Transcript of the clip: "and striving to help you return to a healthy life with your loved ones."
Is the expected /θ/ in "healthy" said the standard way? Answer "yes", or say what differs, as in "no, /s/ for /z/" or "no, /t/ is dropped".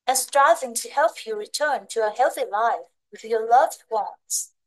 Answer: yes